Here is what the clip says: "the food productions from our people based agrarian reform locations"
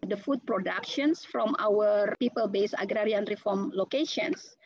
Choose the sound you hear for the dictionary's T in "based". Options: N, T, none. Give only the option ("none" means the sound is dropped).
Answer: none